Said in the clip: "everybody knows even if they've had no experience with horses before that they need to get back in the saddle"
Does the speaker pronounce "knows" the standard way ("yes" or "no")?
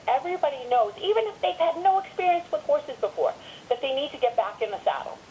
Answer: yes